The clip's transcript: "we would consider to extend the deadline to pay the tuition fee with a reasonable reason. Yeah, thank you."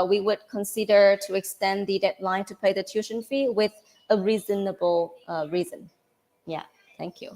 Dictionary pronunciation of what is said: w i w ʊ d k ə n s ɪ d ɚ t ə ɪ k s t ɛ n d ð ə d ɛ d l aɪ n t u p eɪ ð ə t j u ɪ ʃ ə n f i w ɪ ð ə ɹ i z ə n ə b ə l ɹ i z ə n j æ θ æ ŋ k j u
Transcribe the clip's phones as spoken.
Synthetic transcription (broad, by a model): w i w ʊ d k ə n s ɪ d ɚ t ə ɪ k s t ɛ n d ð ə d ɛ d l aɪ n t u p eɪ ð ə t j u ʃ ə n f i w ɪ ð ə ɹ i z ə n ə b ə l ɹ i z ə n j æ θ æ ŋ k j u